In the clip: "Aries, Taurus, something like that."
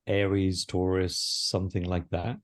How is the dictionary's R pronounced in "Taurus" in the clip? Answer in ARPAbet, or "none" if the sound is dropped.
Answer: R